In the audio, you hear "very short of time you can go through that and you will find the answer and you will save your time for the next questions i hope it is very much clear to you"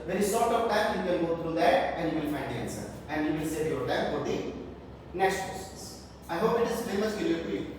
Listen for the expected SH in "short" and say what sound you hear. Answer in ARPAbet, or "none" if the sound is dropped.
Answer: S